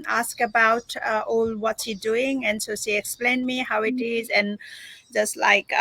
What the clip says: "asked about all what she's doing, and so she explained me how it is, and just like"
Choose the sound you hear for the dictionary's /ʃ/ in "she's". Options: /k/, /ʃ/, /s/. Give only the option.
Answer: /s/